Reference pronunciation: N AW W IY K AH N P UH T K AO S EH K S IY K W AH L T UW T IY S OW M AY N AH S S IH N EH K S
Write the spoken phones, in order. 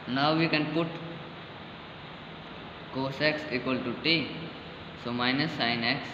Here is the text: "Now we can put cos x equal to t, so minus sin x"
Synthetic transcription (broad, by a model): N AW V IY K AH N P UH T K AO S EH K S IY K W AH L T UW T IY S OW M AY N AH S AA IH N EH K S